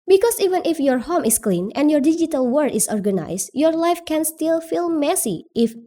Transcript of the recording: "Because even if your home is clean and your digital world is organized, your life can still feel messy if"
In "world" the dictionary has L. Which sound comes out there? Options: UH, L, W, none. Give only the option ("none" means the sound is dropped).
none